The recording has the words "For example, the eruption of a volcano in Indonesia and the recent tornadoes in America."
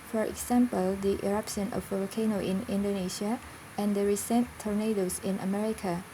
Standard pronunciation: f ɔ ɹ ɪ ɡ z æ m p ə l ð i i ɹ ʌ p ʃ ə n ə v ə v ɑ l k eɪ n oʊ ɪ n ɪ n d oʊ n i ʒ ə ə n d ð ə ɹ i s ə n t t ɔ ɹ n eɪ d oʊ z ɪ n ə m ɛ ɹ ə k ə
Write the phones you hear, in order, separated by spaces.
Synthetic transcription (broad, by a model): f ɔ ɹ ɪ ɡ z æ m p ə l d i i ɹ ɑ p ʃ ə n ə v ə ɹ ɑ k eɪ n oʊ ɪ n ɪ n d oʊ n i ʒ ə ə n d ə ɹ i s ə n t t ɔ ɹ n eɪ d oʊ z ɪ n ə m ɛ ɹ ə k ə